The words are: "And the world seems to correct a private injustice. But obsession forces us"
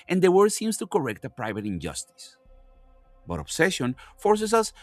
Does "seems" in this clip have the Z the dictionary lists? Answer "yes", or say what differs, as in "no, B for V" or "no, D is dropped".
no, S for Z